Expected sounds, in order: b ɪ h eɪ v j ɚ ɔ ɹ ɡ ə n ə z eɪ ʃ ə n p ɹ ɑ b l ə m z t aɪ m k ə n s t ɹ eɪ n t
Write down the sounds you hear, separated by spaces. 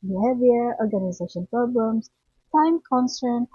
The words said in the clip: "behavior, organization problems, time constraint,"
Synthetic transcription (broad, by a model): b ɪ h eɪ v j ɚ ɔ ɹ ɡ ə n ə z eɪ ʃ ə n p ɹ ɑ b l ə m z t aɪ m k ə n s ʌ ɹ n